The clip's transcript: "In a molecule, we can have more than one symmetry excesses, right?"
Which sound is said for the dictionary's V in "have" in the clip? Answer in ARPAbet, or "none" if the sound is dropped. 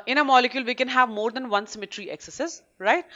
V